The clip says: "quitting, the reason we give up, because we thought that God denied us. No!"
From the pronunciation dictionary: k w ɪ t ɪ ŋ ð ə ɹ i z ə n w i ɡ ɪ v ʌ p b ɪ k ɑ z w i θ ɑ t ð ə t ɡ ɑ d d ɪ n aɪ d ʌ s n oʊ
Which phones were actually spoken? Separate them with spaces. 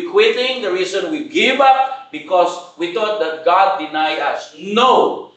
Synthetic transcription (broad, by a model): k w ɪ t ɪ ŋ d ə ɹ i s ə n w i ɡ ɪ v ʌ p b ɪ k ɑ s w i t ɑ t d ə t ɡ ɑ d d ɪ n aɪ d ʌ s n oʊ